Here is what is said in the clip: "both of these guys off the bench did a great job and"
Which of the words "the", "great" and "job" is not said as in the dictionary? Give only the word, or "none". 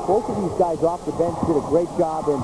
none